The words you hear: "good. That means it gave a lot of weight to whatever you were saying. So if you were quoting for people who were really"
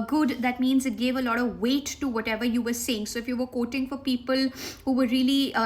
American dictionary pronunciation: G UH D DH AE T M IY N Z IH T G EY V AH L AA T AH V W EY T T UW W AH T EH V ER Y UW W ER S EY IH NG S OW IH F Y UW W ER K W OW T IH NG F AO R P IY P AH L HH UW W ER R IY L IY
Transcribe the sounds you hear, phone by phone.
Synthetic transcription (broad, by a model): G UH D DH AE T M IY N Z IH T G EY V AH L AA T AH V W EY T T UW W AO T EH V ER Y UW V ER S EY IH NG S OW IH F Y UW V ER K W OW T IH NG F AO R P IY P AH L HH UW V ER R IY L IY